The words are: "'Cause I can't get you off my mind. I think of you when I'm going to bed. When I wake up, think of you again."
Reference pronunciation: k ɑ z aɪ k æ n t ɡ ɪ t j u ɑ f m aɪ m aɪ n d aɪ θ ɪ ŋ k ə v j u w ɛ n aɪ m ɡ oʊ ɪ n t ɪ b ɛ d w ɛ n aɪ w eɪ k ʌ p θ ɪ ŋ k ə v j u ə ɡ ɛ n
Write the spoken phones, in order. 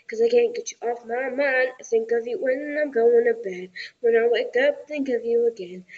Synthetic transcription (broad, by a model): k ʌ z aɪ k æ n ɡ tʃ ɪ t ɑ f m aɪ m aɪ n aɪ s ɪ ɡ ə v j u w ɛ n aɪ m ɡ oʊ ɪ n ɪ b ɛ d w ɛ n aɪ w eɪ k ʌ p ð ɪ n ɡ ə v j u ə ɡ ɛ n